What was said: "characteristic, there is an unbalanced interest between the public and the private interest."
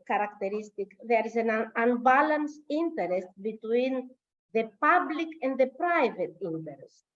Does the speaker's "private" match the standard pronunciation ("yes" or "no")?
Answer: yes